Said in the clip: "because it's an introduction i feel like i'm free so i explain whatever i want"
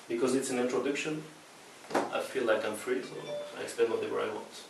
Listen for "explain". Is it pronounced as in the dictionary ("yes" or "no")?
no